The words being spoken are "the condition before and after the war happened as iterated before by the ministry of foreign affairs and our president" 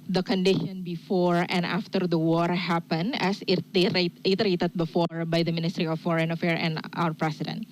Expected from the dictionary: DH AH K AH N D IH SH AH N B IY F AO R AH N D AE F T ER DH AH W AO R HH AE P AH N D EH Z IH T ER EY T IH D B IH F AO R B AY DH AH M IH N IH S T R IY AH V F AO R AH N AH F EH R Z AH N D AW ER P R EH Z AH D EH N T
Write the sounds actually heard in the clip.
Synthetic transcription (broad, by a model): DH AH K AH N D IH SH AH N B IY F AO R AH N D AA F T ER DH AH W AO R HH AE P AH N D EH S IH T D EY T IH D B IH F AO R B AY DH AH M IH N IH S T R IY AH F AO R AH N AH F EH R AH N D AW ER P R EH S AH D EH N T